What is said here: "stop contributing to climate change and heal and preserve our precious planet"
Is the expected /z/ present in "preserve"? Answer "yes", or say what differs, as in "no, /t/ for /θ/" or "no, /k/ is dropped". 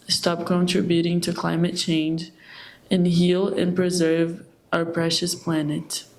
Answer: yes